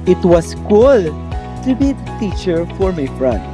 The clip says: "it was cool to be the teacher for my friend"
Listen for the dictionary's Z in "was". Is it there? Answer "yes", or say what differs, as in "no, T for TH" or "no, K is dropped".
no, S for Z